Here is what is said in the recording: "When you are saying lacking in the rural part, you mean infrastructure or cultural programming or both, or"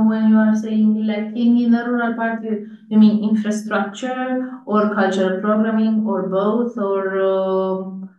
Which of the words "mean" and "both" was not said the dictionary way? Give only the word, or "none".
both